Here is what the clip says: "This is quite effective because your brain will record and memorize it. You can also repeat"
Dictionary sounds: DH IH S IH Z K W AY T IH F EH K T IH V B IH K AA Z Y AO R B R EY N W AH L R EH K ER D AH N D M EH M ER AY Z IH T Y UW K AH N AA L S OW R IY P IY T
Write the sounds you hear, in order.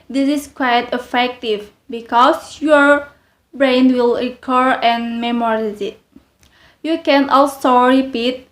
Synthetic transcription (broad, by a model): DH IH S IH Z K W AY T IH F EH K T IH V B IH K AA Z Y AO R B R EY N W AH L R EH K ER AH N M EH M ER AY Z IH T Y UW K AH N AA L S OW R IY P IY T